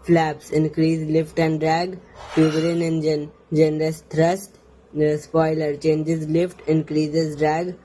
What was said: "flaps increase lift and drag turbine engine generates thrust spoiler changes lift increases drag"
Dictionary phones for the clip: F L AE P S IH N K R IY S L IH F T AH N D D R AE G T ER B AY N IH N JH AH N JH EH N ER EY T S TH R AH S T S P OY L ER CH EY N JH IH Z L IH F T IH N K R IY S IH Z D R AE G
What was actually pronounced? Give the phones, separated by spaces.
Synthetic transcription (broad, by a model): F L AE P S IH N K R IY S L IH F T AH N D D R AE G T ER IH N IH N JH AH N JH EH N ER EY S T R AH S T S P OY L ER CH EY N JH IH Z L IH F T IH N K R IY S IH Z D R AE G